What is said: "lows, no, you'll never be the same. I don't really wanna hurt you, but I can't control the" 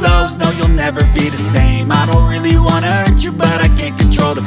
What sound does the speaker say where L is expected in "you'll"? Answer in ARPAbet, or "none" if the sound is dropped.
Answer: L